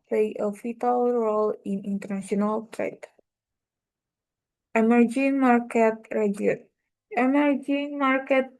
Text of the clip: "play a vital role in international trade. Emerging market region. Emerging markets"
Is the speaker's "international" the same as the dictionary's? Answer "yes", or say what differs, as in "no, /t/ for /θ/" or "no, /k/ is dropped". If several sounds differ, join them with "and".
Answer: no, /s/ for /ʃ/